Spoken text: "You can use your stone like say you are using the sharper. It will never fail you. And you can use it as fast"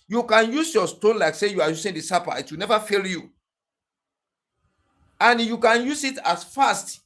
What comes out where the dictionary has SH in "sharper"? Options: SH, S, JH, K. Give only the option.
S